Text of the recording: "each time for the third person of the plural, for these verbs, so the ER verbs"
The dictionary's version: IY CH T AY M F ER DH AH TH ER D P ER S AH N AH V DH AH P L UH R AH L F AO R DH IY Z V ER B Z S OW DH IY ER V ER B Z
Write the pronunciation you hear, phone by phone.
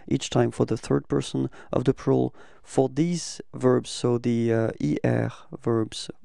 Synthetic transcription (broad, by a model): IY CH T AY M F ER DH AH TH ER D P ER S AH N AH V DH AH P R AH L F AO R DH IY Z V ER B Z S OW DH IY ER V ER B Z